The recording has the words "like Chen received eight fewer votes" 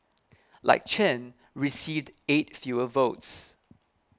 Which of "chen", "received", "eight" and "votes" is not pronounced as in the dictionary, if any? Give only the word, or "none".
none